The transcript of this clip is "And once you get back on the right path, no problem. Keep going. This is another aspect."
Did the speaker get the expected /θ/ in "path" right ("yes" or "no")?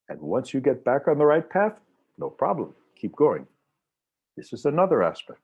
yes